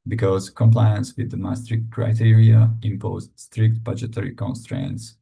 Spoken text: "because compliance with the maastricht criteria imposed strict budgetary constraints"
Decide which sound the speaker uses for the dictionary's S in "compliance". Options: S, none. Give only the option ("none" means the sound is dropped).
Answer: S